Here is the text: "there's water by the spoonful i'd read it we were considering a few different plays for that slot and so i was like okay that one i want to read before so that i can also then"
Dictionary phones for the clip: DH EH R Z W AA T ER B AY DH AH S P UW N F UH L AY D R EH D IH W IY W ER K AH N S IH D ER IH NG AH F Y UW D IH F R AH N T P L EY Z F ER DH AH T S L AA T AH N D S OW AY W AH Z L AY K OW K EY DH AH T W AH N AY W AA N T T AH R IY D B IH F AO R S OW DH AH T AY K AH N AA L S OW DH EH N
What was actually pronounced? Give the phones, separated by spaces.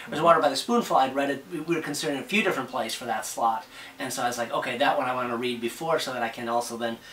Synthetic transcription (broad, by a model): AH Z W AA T ER B AY DH AH S P UW N F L AY D R EH D IH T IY W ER K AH N S IH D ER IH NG AH F Y UW D IH F R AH N P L EY S F ER DH AH T S L AA T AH N S OW AY W AH Z L AY K OW K EY DH AH T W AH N AY W AA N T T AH R IY D B IH F AO R S OW DH AH T AY K AH N AA L S OW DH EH N